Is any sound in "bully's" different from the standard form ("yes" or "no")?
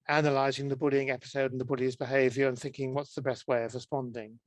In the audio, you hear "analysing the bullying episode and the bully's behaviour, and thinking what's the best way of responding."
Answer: no